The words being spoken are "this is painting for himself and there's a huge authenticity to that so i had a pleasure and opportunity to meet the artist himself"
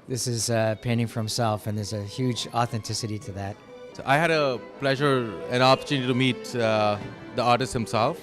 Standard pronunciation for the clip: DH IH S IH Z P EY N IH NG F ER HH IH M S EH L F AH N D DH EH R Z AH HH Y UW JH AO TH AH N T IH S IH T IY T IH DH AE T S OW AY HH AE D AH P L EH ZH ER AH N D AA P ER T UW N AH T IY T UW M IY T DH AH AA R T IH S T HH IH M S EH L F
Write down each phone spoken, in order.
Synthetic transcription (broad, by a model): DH IH S IH Z P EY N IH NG F ER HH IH M S EH L F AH N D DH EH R Z AH HH Y UW JH AO TH AH N T IH S IH T IY T IH DH AE T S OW AY HH AE D AH P L EH ZH ER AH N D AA P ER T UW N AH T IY T UW M IY T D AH AA R T IH S T HH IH M S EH L F